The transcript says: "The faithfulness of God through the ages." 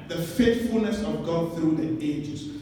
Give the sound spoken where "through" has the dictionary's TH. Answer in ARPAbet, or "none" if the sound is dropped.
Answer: TH